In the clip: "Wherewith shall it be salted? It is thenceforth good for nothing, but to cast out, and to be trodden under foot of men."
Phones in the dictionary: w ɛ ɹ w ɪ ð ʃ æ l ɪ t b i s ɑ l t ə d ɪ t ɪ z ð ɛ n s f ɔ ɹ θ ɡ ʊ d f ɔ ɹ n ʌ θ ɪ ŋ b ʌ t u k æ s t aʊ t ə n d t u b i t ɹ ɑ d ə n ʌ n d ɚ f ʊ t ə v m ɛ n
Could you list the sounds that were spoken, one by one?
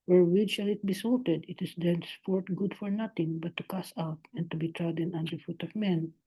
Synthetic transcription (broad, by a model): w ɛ ɹ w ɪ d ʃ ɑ l ɪ t b i s ɑ l t ə d ɪ t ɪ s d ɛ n s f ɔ ɹ t ɡ ʊ d f ɔ ɹ n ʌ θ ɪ ŋ b ʌ t u k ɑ s aʊ t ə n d t u b i t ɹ ɑ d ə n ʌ n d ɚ f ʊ t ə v m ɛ n